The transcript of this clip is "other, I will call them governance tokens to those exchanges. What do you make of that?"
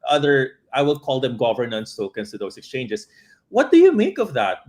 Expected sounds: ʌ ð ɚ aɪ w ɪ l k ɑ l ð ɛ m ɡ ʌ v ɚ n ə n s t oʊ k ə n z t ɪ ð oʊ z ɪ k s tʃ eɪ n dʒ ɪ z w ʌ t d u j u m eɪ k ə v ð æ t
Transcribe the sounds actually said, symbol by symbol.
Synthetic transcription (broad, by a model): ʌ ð ɚ aɪ w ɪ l k ɑ l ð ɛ m ɡ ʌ v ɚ n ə n s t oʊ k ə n s t ɪ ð oʊ s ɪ k s tʃ eɪ n dʒ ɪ s w ʌ t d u j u m eɪ k ə v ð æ t